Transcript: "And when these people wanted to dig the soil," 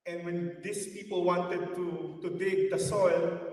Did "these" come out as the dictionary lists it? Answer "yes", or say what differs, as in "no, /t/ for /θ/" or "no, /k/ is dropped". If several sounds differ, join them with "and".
no, /s/ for /z/